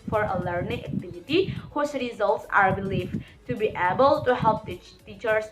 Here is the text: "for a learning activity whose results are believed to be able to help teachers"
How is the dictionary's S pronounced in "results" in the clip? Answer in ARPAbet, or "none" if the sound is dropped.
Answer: S